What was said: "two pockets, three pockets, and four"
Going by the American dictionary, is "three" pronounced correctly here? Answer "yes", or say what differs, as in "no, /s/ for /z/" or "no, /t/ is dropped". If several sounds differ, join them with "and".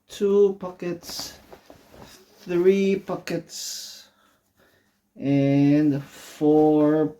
yes